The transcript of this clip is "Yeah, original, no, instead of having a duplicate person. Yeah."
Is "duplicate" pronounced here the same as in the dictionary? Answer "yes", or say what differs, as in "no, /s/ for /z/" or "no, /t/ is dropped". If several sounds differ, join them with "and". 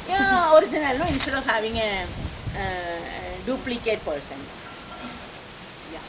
yes